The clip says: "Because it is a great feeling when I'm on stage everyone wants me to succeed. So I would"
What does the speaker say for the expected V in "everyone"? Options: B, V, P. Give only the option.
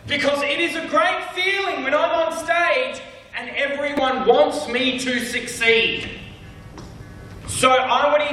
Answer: V